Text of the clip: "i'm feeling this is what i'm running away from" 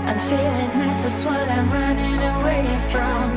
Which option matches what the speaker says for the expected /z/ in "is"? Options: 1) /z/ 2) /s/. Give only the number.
2